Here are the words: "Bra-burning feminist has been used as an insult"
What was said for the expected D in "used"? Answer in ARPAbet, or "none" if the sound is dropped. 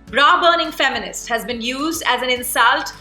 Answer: D